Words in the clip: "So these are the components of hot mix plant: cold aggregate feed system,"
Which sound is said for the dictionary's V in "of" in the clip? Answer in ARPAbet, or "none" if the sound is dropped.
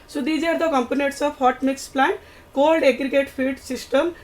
P